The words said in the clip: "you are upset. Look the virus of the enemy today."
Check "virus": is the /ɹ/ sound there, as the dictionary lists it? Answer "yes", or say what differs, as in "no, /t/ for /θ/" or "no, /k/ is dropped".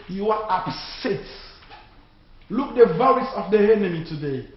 no, /l/ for /ɹ/